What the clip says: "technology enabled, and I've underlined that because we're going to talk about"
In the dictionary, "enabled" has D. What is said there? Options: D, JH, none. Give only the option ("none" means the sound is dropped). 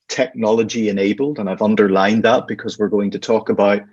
D